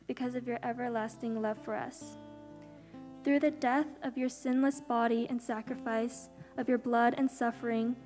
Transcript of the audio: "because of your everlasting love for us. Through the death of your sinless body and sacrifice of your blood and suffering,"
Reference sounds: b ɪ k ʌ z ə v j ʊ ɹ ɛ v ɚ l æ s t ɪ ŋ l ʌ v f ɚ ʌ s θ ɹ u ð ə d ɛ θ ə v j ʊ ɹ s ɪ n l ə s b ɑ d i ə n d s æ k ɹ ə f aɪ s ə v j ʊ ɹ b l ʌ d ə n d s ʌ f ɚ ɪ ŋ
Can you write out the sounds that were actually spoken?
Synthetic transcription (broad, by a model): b ɪ k ʌ z ə v j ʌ ɹ ɛ v ɚ l æ s t ɪ ŋ l ʌ v f ɚ ʌ s θ ɹ u ð ə d ɛ θ ə v j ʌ ɹ s ɪ n l ə s b ɑ d i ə n s æ k ɹ ə f aɪ s ə v j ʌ ɹ b l ʌ d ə n s ʌ f ɚ ɪ ŋ